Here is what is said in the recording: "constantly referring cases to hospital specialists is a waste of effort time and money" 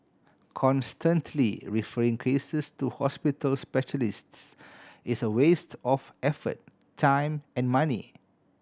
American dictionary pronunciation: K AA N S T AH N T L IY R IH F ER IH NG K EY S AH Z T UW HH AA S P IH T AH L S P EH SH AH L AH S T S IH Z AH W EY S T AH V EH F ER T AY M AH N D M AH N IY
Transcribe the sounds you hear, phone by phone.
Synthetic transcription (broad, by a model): K AA N S T AH N T L IY R IH F ER IH NG K EY S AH S T UW HH AA S P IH T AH L S P EH SH AH L AH S T S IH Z AH W EY S T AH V EH F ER T AY M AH N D M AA N IY